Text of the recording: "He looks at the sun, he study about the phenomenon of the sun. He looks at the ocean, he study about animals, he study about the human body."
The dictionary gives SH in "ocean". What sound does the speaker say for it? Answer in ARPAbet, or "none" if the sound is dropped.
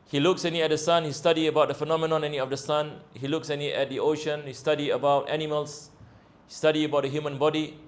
SH